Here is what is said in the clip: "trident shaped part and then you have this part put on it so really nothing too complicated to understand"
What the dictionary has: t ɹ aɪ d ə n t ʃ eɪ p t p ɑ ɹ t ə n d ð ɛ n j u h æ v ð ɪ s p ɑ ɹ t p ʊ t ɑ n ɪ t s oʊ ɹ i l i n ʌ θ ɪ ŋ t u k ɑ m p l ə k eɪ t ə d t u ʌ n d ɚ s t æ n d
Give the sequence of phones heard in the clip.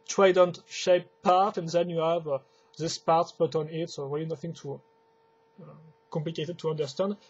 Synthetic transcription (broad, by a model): t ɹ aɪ d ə n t ʃ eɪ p p ɑ ɹ t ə n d ð ɛ n j u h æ v ð ɪ s p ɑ ɹ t b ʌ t ɑ n ɪ t s oʊ ɹ i l i n ʌ θ ɪ ŋ t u k ɑ m p l ə k eɪ t ə d t u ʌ n d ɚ s t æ n d